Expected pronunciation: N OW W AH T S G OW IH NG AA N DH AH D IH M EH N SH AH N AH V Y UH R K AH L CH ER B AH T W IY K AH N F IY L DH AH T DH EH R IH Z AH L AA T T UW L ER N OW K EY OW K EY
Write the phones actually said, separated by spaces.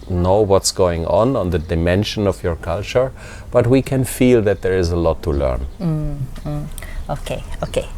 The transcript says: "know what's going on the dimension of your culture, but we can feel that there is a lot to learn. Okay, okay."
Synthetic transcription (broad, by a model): N OW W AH T S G OW IH NG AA N DH AH D IH M EH N SH AH N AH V Y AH R K AH L CH ER B AH T W IY K AH N F IY L DH AH T DH EH R IH Z AH L AA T T UW L ER N OW K EY OW K EY